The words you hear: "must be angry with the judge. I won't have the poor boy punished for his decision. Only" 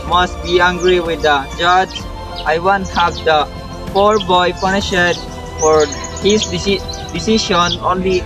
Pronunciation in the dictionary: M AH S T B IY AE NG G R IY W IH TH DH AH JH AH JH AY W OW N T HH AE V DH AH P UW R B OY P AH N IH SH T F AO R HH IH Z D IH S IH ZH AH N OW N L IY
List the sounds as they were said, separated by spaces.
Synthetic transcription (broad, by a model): M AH S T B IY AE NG G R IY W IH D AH JH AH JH AY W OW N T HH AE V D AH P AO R B OY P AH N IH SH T F AO R HH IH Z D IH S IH SH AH N OW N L IY